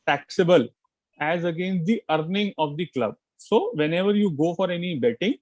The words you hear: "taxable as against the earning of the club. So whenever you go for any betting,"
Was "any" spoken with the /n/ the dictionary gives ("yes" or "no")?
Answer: yes